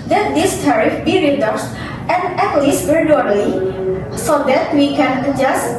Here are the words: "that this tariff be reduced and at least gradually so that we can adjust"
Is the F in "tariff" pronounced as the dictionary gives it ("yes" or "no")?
yes